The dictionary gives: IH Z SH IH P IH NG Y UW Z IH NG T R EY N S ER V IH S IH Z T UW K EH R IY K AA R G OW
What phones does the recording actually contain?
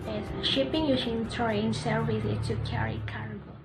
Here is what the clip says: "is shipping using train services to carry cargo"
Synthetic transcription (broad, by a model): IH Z SH IH P IH NG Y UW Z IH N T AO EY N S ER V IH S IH T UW K EH R IY K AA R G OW